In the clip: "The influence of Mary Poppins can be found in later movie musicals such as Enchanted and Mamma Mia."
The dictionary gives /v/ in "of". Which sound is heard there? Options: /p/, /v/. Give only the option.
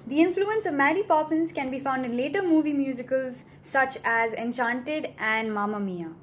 /v/